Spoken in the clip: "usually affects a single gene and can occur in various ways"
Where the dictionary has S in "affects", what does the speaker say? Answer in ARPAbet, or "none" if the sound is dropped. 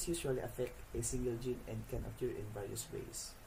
none